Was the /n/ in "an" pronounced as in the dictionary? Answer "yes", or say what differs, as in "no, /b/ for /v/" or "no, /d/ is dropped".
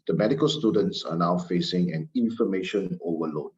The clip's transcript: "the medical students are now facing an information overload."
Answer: yes